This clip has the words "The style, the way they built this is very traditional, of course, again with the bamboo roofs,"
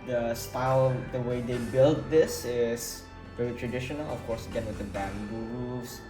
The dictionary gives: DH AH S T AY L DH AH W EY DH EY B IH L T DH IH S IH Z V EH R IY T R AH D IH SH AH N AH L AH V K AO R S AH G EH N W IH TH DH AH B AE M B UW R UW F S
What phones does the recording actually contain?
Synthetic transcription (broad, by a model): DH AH S T AY L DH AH W EY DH EY B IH L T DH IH S IH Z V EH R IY T R AH D IH SH AH N AH L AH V K AO R S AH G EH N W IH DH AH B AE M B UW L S